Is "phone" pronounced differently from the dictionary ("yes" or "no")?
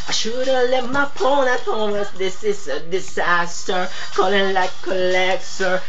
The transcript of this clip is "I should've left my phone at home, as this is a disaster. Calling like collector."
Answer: yes